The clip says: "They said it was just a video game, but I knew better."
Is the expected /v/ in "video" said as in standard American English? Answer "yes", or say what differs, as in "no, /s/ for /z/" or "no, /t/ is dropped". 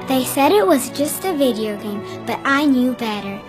yes